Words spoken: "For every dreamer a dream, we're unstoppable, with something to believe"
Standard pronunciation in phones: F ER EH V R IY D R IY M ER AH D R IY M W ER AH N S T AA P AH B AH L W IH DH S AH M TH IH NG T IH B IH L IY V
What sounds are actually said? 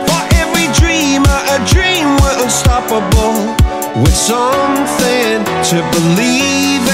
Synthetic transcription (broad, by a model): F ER EH V R IY D R IY M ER AH D R IY M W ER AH L S T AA P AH B L W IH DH S AH M TH IH NG T IH B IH L IY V